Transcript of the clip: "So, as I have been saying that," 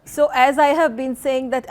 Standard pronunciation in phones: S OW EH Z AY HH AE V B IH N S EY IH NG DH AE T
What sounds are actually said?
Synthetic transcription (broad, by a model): S OW EH Z AY HH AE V B IH N S EY IH NG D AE T